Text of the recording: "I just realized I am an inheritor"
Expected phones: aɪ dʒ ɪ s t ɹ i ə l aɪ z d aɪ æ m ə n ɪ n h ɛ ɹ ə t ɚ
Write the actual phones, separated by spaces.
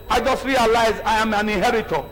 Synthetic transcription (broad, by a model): aɪ dʒ ɪ s t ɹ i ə l aɪ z aɪ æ m ə n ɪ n h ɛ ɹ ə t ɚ